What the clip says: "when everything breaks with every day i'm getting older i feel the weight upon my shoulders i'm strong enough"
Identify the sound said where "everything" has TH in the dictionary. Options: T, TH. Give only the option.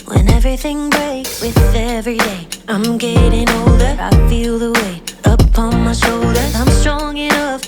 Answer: TH